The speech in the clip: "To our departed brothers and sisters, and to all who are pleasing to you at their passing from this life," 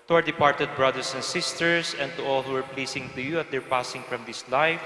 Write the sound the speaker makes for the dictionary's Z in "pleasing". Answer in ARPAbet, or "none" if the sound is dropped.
S